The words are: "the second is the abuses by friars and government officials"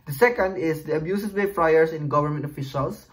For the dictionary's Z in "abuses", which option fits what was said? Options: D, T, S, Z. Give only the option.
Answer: S